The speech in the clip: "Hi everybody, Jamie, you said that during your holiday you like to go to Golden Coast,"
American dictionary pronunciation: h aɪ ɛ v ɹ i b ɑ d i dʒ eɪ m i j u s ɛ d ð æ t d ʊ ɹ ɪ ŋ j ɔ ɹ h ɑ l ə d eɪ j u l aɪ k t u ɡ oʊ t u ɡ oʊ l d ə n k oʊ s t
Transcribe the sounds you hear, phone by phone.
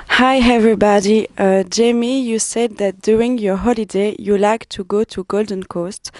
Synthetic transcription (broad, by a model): h aɪ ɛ v ɹ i b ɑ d i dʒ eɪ m i j u s ɛ d ð æ t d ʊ ɹ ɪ ŋ j ɔ ɹ h ɑ l ə d eɪ j u l aɪ k t u ɡ oʊ t u ɡ oʊ l d ə n k oʊ s t